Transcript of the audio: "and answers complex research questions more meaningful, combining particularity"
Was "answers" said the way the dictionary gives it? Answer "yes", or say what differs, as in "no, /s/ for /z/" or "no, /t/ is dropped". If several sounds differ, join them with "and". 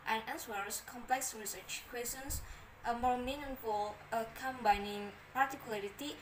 no, /l/ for /n/ and /s/ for /z/